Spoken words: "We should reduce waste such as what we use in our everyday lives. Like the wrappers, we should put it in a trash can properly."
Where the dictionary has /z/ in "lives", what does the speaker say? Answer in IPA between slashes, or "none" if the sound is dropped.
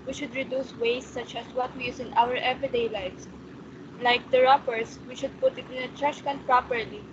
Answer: /s/